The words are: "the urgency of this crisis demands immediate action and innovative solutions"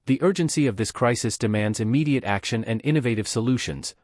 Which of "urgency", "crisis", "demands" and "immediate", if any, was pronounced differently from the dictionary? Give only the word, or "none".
none